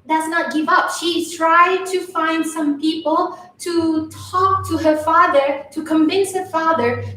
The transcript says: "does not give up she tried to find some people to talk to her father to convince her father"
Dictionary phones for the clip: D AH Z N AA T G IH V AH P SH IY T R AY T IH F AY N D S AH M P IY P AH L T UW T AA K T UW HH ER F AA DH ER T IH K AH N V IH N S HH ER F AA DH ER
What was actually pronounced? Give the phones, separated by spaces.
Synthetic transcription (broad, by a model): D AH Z N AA T G IH V AH P SH IY T R AY T IH F AY N D S AH M P IY P AH L T UW T AA K T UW HH ER F AA DH ER T IH K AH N V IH N S HH ER F AA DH ER